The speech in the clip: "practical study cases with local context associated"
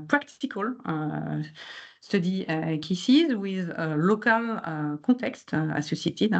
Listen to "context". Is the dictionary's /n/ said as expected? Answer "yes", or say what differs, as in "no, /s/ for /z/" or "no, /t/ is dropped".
no, /n/ is dropped